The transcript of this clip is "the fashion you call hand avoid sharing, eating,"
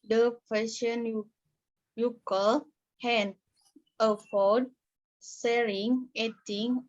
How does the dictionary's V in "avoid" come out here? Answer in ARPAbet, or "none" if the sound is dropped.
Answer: F